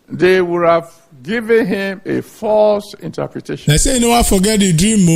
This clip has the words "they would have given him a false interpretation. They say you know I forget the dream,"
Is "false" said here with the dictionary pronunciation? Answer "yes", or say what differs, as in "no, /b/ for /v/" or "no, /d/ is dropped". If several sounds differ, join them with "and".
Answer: yes